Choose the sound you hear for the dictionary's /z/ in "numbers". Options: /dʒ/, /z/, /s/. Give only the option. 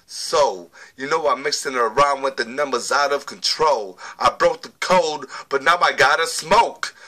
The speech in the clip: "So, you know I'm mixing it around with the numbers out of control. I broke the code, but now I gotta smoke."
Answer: /z/